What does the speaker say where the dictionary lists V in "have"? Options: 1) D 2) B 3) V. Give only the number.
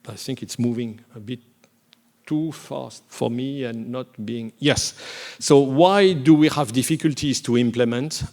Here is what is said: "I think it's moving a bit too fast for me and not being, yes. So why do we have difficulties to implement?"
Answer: 3